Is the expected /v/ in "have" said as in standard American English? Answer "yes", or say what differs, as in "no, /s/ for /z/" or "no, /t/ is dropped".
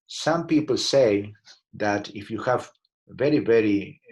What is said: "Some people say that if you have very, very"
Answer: yes